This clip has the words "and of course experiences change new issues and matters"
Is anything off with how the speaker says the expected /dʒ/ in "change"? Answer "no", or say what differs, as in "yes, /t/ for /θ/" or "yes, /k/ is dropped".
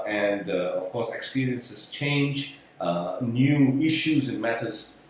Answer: no